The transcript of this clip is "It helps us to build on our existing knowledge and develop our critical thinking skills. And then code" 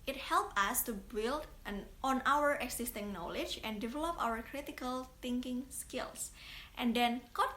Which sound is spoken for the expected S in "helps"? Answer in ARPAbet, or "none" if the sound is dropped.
none